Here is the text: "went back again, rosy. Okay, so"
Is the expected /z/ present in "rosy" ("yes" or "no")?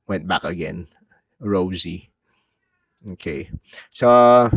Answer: yes